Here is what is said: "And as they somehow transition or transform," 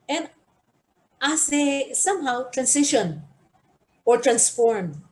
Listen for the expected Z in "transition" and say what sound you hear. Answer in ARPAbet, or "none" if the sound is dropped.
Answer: S